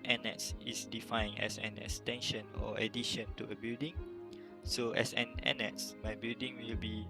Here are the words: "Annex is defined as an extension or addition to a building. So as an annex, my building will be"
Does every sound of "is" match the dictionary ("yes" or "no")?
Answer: no